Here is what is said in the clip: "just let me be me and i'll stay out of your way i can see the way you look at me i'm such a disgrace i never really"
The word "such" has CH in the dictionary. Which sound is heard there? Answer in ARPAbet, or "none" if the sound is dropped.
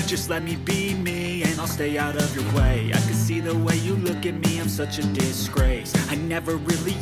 CH